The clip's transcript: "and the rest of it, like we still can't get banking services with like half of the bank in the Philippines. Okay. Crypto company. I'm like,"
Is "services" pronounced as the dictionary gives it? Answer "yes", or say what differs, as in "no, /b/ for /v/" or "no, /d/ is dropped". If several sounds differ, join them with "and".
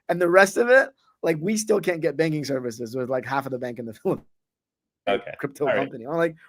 yes